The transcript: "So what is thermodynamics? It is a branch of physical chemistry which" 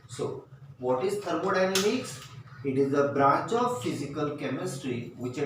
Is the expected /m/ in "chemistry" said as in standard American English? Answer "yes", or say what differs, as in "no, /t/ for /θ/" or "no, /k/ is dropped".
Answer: yes